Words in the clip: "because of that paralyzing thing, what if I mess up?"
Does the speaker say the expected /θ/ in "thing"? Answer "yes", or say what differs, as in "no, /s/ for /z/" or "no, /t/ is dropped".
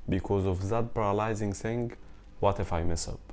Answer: no, /s/ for /θ/